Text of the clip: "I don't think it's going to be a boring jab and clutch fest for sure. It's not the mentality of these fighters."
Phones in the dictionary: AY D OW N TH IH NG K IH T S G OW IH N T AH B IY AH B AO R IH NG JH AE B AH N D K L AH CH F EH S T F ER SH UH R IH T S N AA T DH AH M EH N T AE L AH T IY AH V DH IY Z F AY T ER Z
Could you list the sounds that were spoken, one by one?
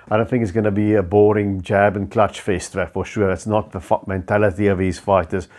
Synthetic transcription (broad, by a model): AY D OW N TH IH NG K IH T S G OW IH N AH B IY AH B AO R IH NG JH AE B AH N K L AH CH F EH S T F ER SH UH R IH T S N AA T DH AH M EH N T AE L AH T IY AH V DH IY Z F AY T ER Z